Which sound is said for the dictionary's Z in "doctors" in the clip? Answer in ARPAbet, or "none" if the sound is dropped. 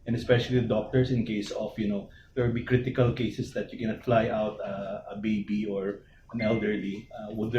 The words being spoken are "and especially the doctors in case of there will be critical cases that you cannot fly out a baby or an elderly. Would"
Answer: S